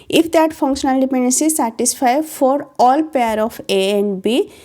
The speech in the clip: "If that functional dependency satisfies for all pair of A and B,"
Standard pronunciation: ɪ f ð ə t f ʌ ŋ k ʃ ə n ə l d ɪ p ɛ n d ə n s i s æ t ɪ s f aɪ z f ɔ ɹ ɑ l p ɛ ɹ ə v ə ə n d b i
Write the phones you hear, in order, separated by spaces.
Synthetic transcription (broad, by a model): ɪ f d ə t f ʌ ŋ k ʃ ə n ə l d ɪ p ɛ n d ə n s i s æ t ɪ s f aɪ f ɔ ɹ ɑ l p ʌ ɹ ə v ə ə n d b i